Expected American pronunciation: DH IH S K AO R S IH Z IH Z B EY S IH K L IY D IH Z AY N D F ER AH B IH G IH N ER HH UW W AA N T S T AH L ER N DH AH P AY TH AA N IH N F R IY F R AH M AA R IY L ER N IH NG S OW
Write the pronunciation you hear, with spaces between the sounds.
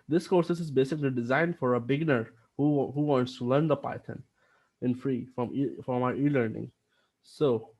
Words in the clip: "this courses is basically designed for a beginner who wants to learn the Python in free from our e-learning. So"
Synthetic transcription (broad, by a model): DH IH S K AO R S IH S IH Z B EY S IH K L IY D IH Z AY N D F ER AH B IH G N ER HH UW W AA N T S T AH L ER N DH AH P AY T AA N IH N F R IY F R AH M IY R IY L ER N IH NG S OW